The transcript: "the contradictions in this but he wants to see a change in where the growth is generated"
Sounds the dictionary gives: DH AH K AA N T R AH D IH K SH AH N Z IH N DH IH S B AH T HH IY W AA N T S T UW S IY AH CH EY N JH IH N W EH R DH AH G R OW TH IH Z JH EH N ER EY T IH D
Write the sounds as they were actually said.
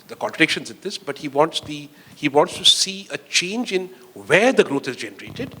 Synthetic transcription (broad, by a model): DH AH K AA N T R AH D IH K SH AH N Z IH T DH IH S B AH T HH IY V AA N T S T UW S IY AH CH EY N JH IH N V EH R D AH G R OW T IH Z JH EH N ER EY T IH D